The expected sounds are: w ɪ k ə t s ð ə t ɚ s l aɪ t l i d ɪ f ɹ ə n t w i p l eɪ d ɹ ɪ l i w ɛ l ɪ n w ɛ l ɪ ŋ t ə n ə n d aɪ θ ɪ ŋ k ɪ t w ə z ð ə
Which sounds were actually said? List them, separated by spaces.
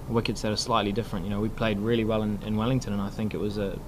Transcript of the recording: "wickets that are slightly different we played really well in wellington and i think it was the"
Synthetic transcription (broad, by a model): w ɪ k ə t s ð ə t ɚ s l aɪ t l i d ɪ f ɹ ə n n w i p l eɪ d ɹ ɪ l i w ɛ l ɪ n w ɛ l ɪ ŋ t ə n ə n aɪ θ ɪ ŋ k ɪ t w ə z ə